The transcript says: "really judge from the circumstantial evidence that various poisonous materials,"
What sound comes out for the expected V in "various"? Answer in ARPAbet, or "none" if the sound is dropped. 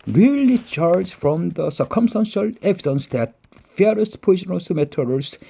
F